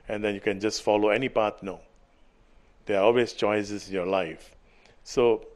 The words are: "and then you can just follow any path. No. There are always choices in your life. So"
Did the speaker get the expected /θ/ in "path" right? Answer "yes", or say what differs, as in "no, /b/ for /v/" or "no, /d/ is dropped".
no, /t/ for /θ/